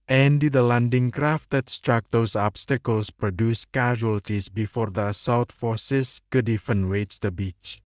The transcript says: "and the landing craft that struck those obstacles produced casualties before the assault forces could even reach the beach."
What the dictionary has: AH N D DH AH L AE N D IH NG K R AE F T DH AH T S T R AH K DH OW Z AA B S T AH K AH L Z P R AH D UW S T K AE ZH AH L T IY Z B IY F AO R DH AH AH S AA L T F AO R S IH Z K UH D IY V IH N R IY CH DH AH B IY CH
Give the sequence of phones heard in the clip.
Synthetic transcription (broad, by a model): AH N D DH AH L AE N D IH NG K R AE F T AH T S T R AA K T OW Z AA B S T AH K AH L S P R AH D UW S K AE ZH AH L T IY S B IY F AO R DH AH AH S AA W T F AO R S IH S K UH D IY F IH N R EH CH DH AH B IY CH